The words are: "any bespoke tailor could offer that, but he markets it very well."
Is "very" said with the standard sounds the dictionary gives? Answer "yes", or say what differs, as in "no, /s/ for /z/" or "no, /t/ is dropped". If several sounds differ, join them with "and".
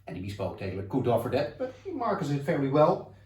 no, /f/ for /v/